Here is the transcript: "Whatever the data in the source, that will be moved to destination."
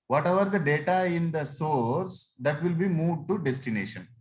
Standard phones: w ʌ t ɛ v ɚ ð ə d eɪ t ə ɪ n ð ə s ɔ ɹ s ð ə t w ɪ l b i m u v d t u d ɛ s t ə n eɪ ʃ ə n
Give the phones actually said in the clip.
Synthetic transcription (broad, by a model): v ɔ t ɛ v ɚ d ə d eɪ t ə ɪ n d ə s ɔ ɹ s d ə t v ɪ l b i m u d t u d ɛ s t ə n eɪ ʃ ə n